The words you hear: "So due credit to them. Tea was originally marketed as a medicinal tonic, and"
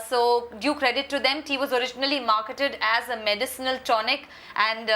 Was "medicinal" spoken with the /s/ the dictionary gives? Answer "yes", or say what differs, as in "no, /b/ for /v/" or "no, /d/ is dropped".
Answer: yes